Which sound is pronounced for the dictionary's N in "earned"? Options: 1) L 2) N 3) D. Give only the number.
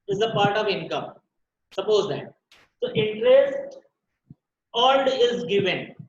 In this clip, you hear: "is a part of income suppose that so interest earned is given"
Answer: 1